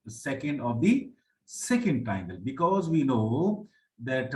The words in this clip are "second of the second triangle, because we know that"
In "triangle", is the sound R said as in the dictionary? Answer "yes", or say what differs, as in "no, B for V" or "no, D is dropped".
no, R is dropped